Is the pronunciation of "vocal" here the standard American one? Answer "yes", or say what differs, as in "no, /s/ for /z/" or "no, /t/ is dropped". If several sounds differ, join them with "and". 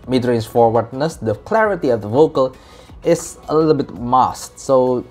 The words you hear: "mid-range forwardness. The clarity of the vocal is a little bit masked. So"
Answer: yes